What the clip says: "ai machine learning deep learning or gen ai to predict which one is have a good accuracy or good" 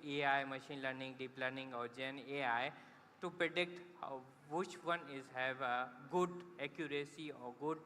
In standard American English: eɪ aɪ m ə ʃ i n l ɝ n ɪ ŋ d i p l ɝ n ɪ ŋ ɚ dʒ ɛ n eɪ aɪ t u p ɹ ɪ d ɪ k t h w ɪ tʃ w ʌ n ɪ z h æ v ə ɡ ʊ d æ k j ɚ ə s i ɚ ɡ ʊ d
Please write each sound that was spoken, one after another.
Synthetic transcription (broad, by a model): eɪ aɪ m ə ʃ i n l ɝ n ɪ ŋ d i p l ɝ n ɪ ŋ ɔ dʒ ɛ n eɪ aɪ t u p ɹ ɪ d ɪ k t h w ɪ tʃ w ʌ n ɪ z h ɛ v ɡ ʊ d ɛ k j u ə s i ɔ ɡ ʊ d